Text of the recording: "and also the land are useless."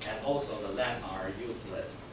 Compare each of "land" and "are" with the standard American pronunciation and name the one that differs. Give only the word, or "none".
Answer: land